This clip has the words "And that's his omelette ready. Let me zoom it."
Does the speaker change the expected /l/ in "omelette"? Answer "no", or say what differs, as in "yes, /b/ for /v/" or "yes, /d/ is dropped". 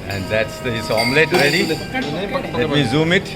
no